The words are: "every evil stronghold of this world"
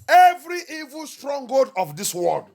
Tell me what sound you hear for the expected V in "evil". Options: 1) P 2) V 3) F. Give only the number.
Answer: 2